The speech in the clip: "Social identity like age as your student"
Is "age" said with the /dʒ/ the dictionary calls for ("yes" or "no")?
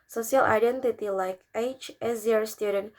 no